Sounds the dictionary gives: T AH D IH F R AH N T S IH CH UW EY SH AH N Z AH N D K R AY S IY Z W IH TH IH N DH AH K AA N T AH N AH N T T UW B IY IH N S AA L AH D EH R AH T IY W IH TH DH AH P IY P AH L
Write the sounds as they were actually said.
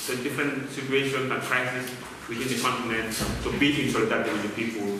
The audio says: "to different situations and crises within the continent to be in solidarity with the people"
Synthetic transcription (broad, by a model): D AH D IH F R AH N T S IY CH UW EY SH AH N AH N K R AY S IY S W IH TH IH N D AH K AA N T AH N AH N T T UW B IY IH N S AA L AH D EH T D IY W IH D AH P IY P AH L